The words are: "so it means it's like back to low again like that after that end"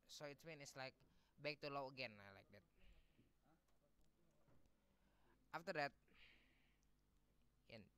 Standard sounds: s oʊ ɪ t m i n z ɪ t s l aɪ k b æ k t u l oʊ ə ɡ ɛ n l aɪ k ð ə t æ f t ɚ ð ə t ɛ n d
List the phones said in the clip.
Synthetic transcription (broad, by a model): s oʊ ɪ t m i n ɪ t s l aɪ k b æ k t u l oʊ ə ɡ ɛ n l aɪ k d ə t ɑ f t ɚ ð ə t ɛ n